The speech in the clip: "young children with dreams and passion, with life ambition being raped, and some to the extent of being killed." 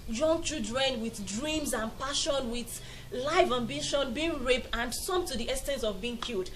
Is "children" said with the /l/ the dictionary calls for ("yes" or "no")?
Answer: no